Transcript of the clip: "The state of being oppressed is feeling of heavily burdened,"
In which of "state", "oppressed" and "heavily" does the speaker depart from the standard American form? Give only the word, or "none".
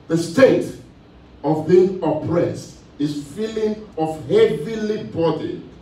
none